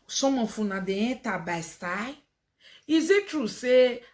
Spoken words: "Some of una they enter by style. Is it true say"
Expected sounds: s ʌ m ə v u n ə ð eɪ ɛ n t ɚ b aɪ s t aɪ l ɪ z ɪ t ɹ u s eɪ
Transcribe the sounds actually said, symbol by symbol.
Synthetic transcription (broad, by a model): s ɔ m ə f u n ə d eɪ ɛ t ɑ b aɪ s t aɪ ɪ z ɪ t ɹ u s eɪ